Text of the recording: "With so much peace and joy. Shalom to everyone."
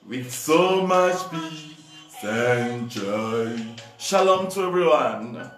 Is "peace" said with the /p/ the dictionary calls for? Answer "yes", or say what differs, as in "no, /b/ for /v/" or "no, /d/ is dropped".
no, /b/ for /p/